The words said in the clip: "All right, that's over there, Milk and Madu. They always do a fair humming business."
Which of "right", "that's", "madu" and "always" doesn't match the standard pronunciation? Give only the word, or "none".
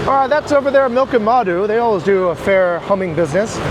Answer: none